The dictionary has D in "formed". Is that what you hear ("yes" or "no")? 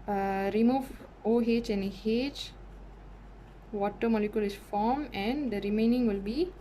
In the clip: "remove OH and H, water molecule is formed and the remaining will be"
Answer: no